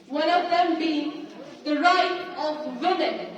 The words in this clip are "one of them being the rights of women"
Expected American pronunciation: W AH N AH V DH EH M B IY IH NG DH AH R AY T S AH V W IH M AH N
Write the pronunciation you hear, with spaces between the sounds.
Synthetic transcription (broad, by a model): W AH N AH V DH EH M B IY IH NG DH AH R AY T AH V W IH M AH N